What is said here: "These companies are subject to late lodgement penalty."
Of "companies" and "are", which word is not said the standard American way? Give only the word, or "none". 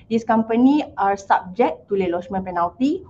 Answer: companies